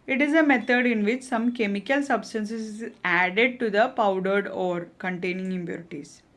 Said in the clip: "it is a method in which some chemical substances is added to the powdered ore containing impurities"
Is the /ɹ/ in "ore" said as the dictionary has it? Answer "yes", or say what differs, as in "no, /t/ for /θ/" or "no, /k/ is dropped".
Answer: yes